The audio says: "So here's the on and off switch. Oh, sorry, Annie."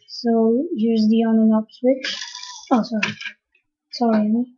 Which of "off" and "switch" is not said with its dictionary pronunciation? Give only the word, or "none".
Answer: off